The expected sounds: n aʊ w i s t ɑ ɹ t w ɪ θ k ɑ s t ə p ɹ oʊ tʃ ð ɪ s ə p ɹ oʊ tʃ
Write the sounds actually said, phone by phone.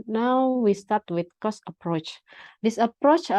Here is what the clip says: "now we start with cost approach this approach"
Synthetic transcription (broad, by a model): n aʊ w i s t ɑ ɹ t w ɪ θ k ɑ s ə p ɹ oʊ tʃ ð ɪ s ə p ɹ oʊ tʃ